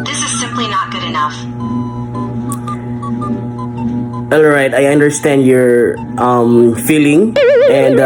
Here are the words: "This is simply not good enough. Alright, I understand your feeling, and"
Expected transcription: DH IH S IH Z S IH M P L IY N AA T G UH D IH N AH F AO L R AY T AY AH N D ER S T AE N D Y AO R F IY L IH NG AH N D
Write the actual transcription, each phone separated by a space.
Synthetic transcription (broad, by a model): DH IH S IH Z S IH M P L IY N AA T G UH D IH N AH F AO L R AY T AY AH N D ER S T AE N D Y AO R F IY L IH NG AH N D